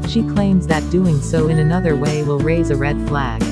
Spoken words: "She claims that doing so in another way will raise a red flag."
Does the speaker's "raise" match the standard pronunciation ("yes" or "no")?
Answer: yes